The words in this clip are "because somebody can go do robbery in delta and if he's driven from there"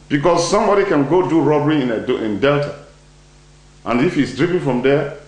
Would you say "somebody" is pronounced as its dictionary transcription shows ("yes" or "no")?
yes